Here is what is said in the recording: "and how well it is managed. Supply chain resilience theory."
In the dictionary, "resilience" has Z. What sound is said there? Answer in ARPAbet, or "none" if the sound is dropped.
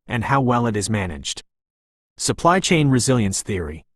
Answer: Z